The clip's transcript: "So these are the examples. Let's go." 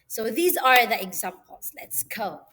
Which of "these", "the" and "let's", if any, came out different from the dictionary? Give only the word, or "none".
none